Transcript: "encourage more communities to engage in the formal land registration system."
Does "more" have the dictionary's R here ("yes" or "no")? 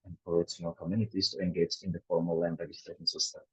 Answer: no